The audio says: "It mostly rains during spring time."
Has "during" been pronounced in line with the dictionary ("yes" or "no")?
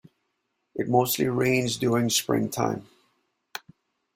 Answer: no